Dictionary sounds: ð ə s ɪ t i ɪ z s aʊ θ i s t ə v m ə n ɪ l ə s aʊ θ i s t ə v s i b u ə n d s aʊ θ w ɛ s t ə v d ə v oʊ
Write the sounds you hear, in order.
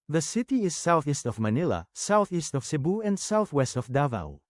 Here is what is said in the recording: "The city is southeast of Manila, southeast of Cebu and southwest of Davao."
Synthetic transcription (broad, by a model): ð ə s ɪ t i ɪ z s aʊ θ i s t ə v m ə n ɪ l ə s aʊ θ i s t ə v s i b u ə n d s aʊ θ w ɛ s t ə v d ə v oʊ